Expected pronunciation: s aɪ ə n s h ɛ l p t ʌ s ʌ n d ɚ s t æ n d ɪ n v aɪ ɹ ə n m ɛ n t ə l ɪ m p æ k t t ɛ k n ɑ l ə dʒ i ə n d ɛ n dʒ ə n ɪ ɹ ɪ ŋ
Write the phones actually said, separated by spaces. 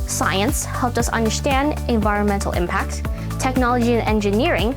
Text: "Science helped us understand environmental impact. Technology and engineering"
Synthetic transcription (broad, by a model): s aɪ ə n s h ɛ l p t ʌ s ʌ n d ɚ s t æ n d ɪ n v aɪ ɹ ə n m ɛ n t l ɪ m p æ k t t ɛ k n ɑ l ə dʒ i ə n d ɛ n dʒ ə n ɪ ɹ ɪ ŋ